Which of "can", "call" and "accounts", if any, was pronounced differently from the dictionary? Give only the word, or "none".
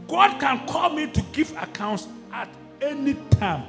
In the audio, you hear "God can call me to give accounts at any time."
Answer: none